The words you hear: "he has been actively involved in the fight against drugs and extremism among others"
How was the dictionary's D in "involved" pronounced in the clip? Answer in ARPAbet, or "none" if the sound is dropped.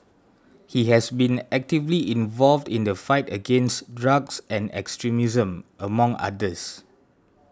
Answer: D